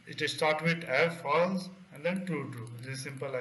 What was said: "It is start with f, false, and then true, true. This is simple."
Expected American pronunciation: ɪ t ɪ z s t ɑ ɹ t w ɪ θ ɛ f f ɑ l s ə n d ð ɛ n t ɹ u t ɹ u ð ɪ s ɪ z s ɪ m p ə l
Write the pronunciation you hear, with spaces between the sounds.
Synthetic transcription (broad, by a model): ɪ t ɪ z s t ɑ ɹ t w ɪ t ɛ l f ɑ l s ə n d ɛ n t u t u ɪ ɪ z s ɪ m p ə l